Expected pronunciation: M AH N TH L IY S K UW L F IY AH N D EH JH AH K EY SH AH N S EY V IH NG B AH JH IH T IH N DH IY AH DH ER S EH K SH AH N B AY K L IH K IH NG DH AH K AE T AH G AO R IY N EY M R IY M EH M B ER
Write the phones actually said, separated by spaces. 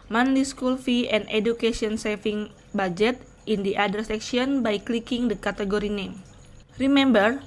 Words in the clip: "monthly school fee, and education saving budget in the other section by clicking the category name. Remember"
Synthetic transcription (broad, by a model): M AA N L IY S K UW L F IY AH N D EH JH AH K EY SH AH N S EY F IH NG B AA JH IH T IH N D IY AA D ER S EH K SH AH N B AY K L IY K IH NG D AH K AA T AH G AO R IY N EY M R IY M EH M B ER